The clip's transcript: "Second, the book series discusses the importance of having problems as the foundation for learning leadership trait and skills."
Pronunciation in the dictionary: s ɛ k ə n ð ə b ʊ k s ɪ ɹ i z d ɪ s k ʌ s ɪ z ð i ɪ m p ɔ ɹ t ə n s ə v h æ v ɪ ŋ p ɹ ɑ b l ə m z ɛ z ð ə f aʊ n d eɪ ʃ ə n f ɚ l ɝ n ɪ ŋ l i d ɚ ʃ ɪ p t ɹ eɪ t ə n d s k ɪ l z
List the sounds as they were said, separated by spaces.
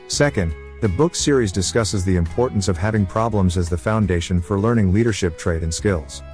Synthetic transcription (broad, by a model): s ɛ k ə n ð ə b ʊ k s ɪ ɹ i z d ɪ s k ʌ s ɪ z ð i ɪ m p ɔ ɹ t n s ə v h æ v ɪ ŋ p ɹ ɑ b l ə m z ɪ z ð ə f aʊ n d eɪ ʃ ə n f ɚ l ɝ n ɪ ŋ l i d ɚ ʃ ɪ p t ɹ eɪ t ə n s k ɪ l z